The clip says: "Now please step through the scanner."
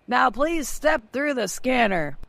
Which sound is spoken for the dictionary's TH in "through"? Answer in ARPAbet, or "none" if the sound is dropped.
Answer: TH